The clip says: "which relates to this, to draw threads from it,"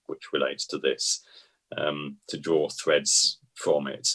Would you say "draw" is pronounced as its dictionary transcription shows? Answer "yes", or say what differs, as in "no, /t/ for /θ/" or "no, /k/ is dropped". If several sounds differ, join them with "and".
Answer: yes